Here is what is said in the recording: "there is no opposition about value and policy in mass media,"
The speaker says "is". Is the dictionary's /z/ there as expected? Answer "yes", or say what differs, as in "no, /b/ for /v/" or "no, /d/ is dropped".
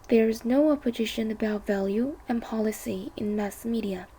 yes